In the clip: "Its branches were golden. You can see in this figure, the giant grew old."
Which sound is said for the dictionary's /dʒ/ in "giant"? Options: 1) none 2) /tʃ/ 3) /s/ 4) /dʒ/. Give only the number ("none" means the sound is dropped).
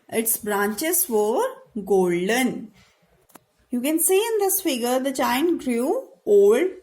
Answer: 2